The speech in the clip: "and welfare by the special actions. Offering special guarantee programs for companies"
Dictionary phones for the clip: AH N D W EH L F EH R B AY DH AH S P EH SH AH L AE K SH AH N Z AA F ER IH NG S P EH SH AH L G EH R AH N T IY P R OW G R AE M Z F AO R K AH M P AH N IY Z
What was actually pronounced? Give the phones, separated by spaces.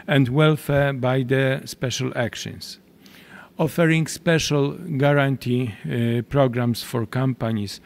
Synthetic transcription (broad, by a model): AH N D W EH L F EH R B AY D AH S P EH SH AH L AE K SH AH N S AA F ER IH NG S P EH SH AH L G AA R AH N T IY P R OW G R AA M S F AO R K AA M P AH N IY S